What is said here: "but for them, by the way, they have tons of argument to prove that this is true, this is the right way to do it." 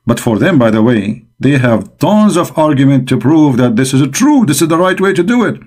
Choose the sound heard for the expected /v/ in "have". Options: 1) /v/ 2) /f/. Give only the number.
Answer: 1